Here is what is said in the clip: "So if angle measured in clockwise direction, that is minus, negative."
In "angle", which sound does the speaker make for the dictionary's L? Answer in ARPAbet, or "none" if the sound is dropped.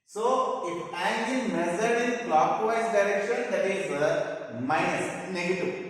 N